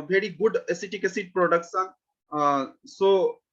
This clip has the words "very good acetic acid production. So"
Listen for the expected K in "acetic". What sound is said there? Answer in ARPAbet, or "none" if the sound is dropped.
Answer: K